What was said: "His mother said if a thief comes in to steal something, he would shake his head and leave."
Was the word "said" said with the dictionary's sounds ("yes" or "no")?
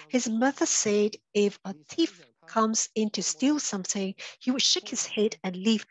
yes